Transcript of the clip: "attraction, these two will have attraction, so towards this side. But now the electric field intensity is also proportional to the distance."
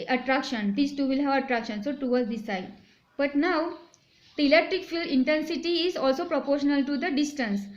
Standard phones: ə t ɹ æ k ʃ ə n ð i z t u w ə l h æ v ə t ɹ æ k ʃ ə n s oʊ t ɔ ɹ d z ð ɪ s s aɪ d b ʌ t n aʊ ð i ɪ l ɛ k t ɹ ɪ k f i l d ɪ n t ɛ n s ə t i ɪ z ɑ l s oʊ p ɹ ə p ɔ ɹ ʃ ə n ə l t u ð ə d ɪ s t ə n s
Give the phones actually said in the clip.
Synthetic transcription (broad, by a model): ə t ɹ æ k ʃ ə n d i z t u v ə l h æ v ə t ɹ æ k ʃ ə n s oʊ t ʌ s d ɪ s s aɪ d b ʌ t n aʊ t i l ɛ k t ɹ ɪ k f i l d ɪ n t ɛ n s ə t i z ɑ l s oʊ p ɹ ə p ɔ ɹ ʃ ə n ə l t u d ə d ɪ s t ə n s